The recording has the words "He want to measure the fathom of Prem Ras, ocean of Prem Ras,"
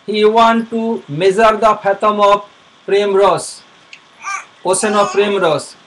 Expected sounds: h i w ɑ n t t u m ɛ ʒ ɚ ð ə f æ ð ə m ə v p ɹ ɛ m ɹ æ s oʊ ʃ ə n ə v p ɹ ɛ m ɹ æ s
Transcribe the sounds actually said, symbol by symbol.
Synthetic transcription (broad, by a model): h i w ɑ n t t u m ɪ z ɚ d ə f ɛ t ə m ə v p ɹ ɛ m ɹ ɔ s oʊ s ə n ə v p ɹ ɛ m ɹ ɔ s